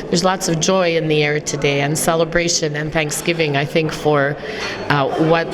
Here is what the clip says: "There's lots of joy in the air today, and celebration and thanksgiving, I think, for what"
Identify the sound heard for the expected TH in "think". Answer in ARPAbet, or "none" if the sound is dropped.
TH